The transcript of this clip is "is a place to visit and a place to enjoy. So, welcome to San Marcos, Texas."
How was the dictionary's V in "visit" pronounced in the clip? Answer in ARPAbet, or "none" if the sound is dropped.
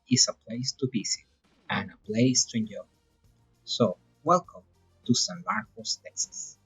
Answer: B